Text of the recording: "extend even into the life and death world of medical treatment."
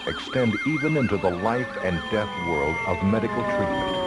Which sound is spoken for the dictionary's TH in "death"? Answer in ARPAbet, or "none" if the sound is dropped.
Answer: TH